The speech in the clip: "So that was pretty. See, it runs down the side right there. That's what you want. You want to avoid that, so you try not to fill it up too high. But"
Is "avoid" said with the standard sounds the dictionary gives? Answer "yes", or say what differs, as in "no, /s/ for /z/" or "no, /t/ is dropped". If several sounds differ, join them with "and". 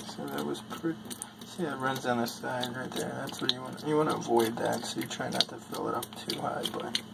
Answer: yes